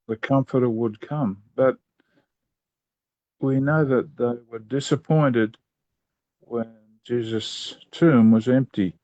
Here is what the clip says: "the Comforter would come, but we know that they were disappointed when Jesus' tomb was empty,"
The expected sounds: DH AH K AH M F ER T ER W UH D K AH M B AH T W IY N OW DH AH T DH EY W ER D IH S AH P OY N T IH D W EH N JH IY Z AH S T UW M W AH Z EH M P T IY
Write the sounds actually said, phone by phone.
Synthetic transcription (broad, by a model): DH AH K AH M F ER T ER W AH D K AH M B AH T W IY N OW DH AH T DH EY W ER D IH S AH P OY N T IH D W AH N JH IY Z AH S T UW M W AH Z EH M P T IY